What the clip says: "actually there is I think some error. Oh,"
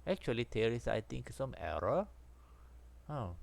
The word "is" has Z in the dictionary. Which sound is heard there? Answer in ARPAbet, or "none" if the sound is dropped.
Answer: S